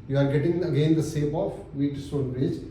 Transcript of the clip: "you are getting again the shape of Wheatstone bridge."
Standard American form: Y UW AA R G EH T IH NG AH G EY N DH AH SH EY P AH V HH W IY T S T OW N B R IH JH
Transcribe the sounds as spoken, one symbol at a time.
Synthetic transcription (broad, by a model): Y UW AA R G EH T IH NG AH G EY N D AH S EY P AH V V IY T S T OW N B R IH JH